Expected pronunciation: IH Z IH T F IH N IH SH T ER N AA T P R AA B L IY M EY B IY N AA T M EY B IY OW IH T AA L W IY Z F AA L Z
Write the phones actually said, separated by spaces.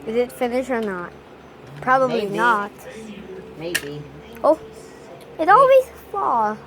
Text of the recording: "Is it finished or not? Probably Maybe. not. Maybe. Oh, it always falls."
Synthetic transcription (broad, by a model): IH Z IH T F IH N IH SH ER N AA T P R AA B IY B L IY N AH T M EY B IY OW IH T AA L W IY Z F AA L